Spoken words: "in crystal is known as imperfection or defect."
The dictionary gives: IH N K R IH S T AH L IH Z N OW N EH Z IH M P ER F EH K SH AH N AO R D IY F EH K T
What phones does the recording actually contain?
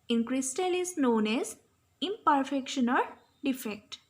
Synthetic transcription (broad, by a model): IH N K R IH S T AH L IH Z N OW N EH Z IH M P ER F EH K SH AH N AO L D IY F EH K T